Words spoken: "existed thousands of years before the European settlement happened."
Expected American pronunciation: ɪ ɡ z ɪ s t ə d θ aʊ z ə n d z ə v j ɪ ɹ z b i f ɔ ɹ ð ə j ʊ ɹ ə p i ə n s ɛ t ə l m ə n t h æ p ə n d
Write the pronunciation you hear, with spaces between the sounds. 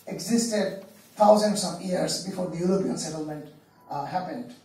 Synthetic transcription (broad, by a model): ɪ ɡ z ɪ s t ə d t aʊ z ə n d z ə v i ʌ ɹ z b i f ɔ ɹ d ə j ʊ ɹ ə p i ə n s ɛ t ə l m ə n t h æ p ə n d